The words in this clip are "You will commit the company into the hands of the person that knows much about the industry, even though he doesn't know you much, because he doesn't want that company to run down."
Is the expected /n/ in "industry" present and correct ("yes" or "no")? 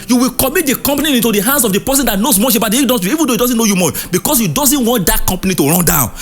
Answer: no